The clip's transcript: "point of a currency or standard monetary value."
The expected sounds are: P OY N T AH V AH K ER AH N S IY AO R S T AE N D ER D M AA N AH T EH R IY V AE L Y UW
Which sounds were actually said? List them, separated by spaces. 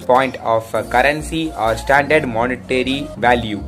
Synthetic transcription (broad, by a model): P OY N T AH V AH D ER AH N S IY AO R S T AE N D ER D M AA N AH T EH R IY V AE L Y UW